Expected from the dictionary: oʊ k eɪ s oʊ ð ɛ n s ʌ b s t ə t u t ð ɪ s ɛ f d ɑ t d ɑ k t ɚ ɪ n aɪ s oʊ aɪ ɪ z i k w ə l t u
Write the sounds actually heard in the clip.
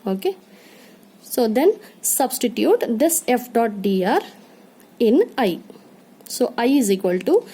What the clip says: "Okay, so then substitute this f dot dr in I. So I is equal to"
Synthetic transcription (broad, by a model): oʊ k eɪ s oʊ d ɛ n s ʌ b s t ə t u t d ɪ s ɛ f d ɑ t d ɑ t ɪ n aɪ s oʊ aɪ ɪ z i k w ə l t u